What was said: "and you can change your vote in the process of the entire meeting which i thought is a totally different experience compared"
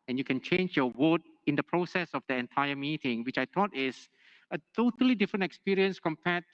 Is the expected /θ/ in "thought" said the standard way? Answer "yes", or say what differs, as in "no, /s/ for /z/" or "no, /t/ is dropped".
no, /t/ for /θ/